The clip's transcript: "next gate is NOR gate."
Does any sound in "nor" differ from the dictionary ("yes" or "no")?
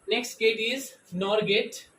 no